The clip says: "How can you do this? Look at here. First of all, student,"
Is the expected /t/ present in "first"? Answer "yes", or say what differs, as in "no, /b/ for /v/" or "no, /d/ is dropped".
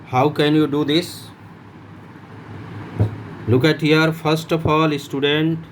yes